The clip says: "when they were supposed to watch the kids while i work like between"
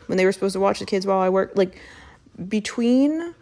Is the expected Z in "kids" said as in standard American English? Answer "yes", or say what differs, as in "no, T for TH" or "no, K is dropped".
yes